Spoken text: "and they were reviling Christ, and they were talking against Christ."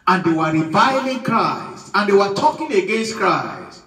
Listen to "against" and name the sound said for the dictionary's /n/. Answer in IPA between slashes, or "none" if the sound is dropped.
/n/